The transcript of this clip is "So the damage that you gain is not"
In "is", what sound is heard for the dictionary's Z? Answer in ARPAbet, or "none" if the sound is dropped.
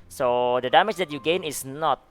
S